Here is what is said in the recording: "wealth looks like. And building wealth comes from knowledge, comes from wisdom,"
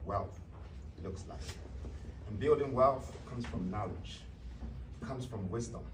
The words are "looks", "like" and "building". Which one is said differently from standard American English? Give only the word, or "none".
none